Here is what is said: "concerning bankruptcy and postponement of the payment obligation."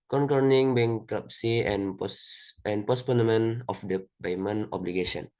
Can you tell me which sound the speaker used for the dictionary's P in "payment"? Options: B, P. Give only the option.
B